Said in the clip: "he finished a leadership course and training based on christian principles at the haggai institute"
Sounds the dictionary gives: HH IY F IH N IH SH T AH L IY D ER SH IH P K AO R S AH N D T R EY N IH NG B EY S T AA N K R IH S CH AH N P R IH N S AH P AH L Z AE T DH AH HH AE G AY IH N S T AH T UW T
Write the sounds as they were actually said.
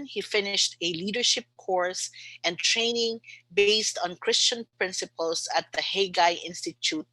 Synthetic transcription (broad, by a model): HH IY F IH N IH SH T AH L IY D ER SH IH P K AO R S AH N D T R EY N IH NG B EY S T AA N K R IH S CH AH N P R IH N S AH P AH L S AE T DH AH HH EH G AY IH N S T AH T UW T